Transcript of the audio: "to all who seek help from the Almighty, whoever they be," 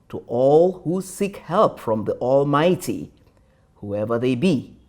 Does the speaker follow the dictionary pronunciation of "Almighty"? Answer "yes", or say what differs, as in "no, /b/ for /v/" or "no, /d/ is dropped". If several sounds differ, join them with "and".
yes